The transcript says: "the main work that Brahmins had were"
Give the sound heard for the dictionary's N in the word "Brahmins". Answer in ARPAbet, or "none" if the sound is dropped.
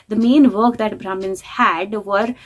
N